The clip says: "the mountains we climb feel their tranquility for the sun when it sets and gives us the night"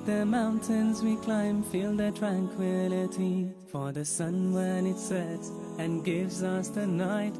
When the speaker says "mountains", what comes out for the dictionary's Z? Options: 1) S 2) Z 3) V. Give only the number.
2